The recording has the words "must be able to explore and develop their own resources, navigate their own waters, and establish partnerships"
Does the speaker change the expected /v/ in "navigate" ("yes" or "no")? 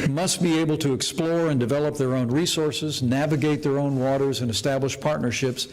no